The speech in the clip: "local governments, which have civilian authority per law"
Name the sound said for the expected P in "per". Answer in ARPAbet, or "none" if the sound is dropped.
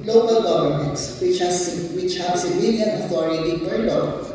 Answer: B